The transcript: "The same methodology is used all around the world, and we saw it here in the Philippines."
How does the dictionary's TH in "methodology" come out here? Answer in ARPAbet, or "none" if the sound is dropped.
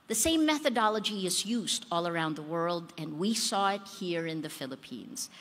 TH